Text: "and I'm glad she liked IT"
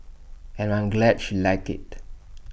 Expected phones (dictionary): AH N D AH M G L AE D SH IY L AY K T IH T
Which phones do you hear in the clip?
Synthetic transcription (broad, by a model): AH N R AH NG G L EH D SH IY L AY K IH T